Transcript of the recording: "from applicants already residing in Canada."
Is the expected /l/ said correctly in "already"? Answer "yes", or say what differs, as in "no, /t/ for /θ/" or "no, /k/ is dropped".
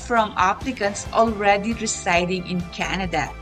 yes